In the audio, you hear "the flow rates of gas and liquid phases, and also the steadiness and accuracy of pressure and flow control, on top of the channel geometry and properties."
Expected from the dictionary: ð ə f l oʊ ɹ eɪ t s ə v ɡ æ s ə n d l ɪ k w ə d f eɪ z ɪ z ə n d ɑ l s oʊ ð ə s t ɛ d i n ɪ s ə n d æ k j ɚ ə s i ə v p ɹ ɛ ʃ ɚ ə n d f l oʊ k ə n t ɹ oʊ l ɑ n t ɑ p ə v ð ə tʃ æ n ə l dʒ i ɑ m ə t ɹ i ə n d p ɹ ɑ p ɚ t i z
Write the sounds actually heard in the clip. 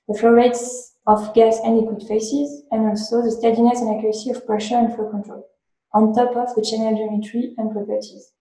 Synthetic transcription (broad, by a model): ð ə f l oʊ ɹ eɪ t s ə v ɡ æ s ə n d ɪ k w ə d f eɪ s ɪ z ə n d ɑ l s oʊ ð ə s t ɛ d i n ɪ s ə n d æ k j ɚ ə s i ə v p ɹ ɛ ʃ ɚ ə n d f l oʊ k ə n t ɹ oʊ l ɑ n t ɑ p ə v ð ə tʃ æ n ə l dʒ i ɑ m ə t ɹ i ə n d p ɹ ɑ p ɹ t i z